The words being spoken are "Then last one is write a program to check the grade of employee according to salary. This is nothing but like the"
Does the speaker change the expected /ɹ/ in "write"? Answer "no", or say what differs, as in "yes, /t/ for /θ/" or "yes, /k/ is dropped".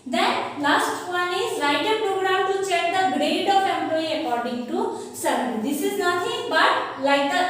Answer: yes, /l/ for /ɹ/